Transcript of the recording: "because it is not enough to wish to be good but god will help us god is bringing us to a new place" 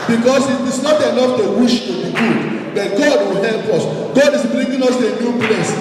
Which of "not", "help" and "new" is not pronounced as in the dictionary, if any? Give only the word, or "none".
none